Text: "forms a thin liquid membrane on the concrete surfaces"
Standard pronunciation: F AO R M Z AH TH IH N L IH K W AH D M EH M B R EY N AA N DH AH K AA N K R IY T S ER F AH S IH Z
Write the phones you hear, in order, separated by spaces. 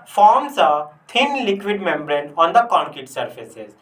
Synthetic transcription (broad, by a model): F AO R M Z AH T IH N L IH K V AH D M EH M B R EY N AA N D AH K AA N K IY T S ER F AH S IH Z